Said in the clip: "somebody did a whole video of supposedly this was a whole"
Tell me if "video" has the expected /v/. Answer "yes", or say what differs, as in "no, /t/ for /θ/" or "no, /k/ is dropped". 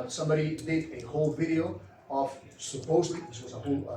yes